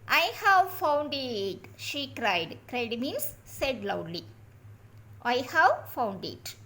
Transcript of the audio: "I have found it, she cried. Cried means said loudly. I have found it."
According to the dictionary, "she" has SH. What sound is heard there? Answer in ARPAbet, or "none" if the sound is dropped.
SH